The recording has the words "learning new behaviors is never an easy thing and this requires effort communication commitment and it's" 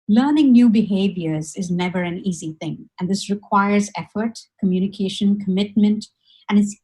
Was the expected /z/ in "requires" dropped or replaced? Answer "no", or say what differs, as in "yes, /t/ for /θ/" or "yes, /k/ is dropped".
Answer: no